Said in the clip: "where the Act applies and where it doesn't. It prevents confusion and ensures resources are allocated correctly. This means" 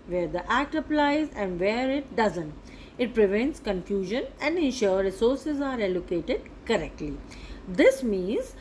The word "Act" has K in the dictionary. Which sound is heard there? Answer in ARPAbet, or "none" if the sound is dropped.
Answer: K